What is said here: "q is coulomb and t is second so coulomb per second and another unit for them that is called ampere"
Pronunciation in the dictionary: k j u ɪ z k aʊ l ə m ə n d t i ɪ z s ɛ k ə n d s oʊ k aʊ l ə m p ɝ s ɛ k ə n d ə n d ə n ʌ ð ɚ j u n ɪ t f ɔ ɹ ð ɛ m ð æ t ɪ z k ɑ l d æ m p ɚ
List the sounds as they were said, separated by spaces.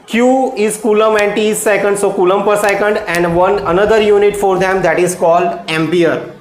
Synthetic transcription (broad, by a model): k j u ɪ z k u l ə m ə n d t i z s ɛ k ə n d s oʊ k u l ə m p ɝ s ɛ k ə n d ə n d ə n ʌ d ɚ j u n ɪ t f ɔ ɹ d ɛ m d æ t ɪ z k ɑ l d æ m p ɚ